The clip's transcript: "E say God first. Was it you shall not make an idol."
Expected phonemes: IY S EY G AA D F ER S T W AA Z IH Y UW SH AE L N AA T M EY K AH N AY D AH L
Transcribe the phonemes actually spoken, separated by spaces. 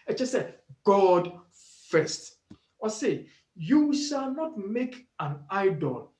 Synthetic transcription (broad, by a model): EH S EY G AA D F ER S T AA S IH Y UW SH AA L N AA T M EY K AH N AY D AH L